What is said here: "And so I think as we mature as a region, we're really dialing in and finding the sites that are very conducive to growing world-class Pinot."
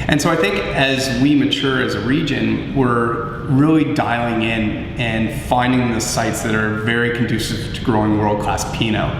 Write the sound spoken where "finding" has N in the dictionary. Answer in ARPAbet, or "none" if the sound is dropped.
N